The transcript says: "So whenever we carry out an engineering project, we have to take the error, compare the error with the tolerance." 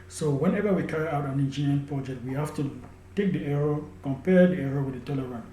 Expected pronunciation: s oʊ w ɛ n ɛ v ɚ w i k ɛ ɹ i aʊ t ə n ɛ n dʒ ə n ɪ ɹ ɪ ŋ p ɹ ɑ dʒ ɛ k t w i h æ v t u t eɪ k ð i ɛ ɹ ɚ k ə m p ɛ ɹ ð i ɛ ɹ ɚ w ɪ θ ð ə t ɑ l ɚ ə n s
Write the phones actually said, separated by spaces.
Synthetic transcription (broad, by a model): s oʊ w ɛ n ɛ v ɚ w i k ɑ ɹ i aʊ t ə n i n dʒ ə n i ɪ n p ɹ ɑ dʒ ɛ k t w i h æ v t u t eɪ k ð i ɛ ɹ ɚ k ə m p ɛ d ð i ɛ ɹ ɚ w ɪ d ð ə t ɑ l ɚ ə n